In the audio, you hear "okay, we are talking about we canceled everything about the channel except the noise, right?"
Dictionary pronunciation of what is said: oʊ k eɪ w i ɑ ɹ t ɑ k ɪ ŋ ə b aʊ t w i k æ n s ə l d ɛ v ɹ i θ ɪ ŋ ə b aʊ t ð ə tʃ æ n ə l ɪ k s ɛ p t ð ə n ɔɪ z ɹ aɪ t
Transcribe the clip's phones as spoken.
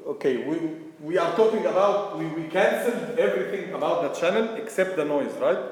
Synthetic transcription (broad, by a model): oʊ k eɪ w i ɑ ɹ t ɑ k ɪ ŋ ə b aʊ t w i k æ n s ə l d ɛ v ɹ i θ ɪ ŋ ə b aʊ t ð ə tʃ æ n ə l ɪ k s ɛ p t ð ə n ɔɪ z ɹ aɪ t